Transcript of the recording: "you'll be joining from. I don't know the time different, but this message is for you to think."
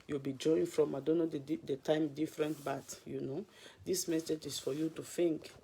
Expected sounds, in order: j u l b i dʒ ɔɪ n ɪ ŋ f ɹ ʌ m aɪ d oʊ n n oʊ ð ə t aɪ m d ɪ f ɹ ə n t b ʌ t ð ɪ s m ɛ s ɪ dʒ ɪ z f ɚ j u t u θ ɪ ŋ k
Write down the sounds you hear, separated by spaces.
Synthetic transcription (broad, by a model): j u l b i dʒ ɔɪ ɪ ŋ f ɹ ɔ m aɪ d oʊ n n oʊ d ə t aɪ m d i f ɹ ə n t b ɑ t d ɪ s m ɛ s ɪ dʒ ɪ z f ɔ j u t u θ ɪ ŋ k